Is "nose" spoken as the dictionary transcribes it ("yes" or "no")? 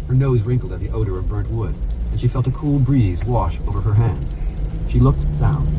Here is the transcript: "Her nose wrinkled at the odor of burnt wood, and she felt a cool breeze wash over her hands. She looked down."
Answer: yes